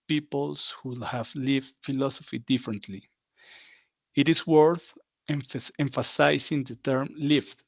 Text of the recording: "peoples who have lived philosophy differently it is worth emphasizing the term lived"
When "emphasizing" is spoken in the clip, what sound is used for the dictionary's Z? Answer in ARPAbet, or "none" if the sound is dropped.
S